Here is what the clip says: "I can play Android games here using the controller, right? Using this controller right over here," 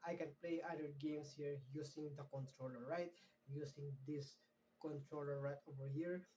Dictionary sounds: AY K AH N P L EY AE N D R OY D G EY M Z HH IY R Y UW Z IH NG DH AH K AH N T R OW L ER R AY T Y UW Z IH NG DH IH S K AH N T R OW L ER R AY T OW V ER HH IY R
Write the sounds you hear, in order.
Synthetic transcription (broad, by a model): AY K AH N P L EY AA D EH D G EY M S HH IY R Y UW S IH NG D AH K AH N T R OW L ER R AY T Y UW S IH NG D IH S K AH N T R OW L ER R AY T OW V ER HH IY R